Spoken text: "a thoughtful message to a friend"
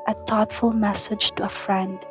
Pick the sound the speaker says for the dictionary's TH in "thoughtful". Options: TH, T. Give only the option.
T